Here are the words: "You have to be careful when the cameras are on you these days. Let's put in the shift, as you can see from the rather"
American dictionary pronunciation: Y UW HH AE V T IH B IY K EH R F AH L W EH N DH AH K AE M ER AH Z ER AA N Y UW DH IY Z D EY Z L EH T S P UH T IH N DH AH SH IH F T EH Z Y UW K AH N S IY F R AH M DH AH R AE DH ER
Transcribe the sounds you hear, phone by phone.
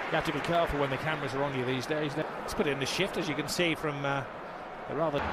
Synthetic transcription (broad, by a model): Y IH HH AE F T IH B IY K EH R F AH W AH N DH AH K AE M ER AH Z ER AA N Y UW DH IY Z D EY Z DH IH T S P UH T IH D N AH SH IH F T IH Z Y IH K AH N S IY F R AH M DH AH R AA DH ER